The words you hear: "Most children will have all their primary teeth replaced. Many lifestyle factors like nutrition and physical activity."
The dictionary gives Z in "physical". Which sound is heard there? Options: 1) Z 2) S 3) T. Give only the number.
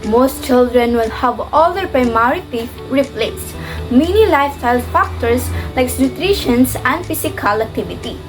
2